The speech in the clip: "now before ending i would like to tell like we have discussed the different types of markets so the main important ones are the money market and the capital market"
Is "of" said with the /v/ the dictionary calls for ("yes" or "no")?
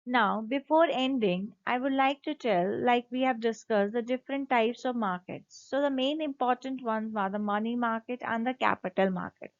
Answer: yes